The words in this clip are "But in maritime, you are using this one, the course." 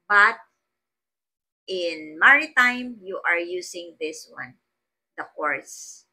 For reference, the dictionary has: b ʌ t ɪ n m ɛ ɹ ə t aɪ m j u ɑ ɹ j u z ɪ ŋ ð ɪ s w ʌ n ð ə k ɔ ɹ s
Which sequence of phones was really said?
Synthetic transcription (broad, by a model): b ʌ t ɪ n m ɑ ɹ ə t aɪ m j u ɑ ɹ j u s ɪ ŋ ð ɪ s w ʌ n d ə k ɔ ɹ s